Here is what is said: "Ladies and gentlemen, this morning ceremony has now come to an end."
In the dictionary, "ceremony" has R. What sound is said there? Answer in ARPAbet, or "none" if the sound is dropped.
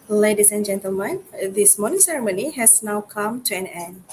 R